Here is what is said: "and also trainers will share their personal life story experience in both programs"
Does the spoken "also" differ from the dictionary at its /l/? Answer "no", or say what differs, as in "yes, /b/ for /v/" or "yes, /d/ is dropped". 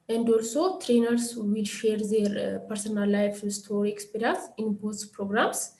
no